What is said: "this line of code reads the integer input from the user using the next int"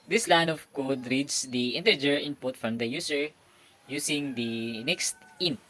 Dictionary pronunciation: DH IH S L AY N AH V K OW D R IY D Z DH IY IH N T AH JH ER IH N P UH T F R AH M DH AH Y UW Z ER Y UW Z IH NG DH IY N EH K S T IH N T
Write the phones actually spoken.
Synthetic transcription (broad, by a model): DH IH S L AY N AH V K OW D R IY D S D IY IH N T AH JH ER IH N P UH T F R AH M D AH Y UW S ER Y UW S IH NG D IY N EH K S T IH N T